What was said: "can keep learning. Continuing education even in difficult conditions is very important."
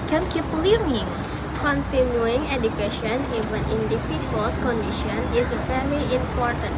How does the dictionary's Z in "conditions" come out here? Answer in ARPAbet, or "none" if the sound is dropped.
none